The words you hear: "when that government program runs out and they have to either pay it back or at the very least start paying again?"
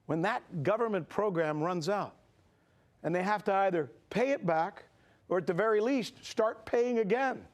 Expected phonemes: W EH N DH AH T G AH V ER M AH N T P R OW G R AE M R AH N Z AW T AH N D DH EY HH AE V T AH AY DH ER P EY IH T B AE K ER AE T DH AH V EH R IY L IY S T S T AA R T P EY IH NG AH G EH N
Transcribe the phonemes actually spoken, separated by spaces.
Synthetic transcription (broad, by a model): W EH N DH AH T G AH V ER M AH N P R OW G R AE M R AH N Z AW T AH N DH EY HH AE F T AH AY DH ER P EY IH T B AE K ER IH T DH AH V EH R IY L IY S T S T AA R T P EY IH NG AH G EH N